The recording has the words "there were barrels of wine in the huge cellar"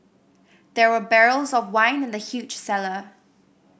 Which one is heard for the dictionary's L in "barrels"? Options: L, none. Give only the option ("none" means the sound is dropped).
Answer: L